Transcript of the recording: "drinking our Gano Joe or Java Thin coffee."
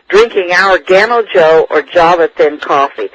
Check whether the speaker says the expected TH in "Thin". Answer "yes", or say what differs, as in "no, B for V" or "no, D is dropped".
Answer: yes